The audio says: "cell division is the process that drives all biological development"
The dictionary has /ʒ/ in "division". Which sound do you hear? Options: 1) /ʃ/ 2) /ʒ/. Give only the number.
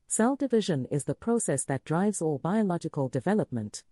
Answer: 2